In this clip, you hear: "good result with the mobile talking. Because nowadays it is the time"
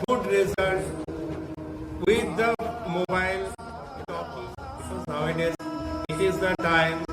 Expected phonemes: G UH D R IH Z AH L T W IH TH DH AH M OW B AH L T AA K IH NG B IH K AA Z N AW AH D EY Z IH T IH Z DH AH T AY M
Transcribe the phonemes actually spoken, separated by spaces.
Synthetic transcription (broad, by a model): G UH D R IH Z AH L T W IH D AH M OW B AA IH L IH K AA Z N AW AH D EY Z IH T IH Z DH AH T AY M